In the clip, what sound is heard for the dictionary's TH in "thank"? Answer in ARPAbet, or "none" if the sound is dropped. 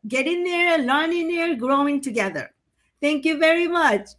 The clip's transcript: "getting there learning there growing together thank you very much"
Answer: T